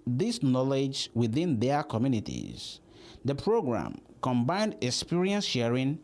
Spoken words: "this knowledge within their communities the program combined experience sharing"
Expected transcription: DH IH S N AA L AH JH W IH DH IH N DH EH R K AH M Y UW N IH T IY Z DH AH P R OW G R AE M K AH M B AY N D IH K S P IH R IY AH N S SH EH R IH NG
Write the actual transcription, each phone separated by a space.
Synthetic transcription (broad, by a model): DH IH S N AA L AH JH W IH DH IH N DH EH K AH M Y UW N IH T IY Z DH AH P R OW G R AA M K AH M B AY N D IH K S P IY R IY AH N S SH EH R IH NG